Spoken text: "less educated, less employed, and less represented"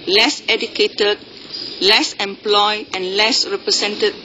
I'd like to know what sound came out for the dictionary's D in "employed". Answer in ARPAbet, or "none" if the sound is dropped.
none